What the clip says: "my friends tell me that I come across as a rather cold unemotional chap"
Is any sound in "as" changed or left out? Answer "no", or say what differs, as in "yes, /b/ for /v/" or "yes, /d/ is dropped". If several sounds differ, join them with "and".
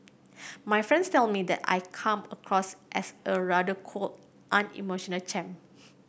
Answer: yes, /s/ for /z/